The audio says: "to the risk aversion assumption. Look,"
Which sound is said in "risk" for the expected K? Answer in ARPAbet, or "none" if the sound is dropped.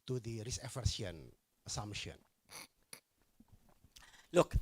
none